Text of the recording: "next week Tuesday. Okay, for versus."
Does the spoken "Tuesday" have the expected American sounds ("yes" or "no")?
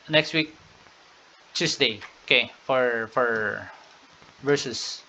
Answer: no